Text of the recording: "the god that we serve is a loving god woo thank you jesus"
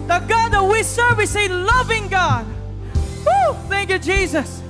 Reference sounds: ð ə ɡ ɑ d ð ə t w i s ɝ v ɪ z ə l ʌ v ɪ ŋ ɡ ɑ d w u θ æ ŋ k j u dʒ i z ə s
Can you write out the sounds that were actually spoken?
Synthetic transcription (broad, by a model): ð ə ɡ ɑ d ð ə t w i s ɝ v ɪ s ə l ʌ v ɪ ŋ ɡ ɑ d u θ æ ŋ k j u dʒ i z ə s